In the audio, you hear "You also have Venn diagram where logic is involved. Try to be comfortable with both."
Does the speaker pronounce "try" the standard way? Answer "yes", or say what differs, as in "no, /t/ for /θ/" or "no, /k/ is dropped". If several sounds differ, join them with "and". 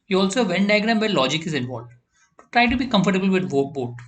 yes